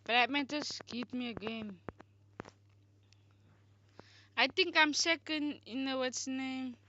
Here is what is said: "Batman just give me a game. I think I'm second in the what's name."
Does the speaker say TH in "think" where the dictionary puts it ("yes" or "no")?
no